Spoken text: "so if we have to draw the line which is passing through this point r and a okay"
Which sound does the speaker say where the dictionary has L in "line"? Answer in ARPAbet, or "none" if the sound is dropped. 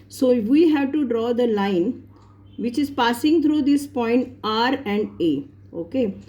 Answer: L